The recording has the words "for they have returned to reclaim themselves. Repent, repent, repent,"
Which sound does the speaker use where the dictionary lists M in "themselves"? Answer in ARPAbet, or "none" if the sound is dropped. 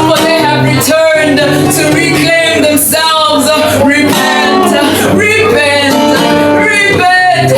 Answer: M